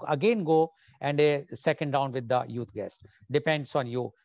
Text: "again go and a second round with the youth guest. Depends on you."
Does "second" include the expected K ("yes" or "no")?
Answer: yes